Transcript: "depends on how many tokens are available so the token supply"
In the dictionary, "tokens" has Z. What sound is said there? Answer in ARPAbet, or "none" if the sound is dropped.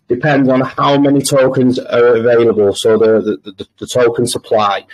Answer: Z